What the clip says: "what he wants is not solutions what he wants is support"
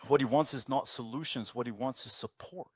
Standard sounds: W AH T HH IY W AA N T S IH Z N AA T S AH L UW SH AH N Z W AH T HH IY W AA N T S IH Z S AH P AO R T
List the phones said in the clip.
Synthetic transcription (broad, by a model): W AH T HH IY W AA N T S IH Z N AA T S AH L UW SH AH N Z W AH T HH IY W AA N T S IH Z S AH P AO R T